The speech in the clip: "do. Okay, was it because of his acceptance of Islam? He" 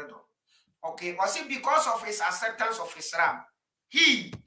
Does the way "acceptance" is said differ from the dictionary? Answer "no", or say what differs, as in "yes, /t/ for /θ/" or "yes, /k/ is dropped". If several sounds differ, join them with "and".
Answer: yes, /k/ is dropped